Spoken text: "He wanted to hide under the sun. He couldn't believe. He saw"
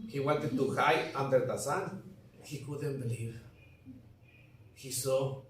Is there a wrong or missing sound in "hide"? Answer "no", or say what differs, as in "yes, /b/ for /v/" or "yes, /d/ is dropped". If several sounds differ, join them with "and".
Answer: yes, /d/ is dropped